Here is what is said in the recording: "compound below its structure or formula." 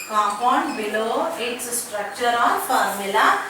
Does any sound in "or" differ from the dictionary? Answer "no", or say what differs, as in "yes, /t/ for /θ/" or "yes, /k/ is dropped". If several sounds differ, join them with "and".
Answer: yes, /l/ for /ɹ/